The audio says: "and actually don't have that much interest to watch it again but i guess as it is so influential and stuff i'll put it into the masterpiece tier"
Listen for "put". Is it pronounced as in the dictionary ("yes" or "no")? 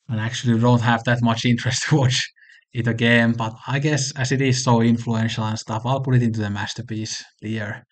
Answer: yes